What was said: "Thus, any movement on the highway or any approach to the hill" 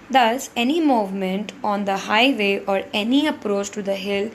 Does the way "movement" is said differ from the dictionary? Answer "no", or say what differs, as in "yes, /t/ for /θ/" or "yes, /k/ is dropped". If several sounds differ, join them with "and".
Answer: no